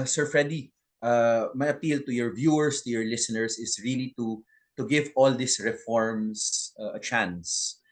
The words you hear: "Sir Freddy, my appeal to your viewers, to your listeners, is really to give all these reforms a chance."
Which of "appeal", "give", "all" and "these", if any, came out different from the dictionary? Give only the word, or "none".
these